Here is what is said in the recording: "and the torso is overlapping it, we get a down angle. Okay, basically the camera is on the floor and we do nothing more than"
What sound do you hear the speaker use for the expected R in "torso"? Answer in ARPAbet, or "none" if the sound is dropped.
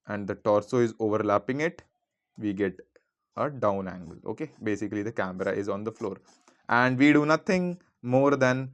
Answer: R